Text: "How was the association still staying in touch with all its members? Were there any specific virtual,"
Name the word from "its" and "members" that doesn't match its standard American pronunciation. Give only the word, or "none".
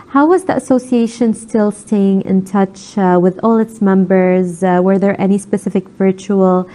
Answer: none